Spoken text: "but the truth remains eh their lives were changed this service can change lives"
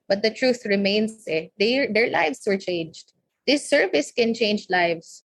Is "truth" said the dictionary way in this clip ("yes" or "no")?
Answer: yes